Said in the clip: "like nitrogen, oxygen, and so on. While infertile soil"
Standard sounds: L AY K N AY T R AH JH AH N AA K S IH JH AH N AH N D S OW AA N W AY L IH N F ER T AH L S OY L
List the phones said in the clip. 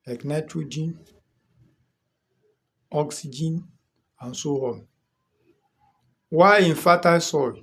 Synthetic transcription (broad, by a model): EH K N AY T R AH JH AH N AA K S IH JH AH N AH N S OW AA L W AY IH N F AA T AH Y S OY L